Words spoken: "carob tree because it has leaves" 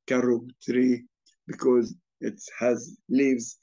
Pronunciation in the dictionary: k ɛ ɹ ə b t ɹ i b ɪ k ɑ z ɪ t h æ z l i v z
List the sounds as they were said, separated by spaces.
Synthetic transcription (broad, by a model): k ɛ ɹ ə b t ɹ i b ɪ k ɑ z ɪ t h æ z l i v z